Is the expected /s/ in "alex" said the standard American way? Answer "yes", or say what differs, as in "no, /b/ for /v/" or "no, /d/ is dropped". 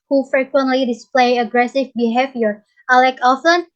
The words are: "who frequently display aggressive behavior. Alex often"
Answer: no, /s/ is dropped